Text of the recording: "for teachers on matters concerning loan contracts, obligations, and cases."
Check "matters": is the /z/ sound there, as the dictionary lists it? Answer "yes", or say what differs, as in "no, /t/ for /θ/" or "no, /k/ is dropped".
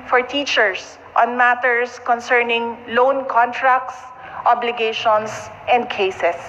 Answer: no, /s/ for /z/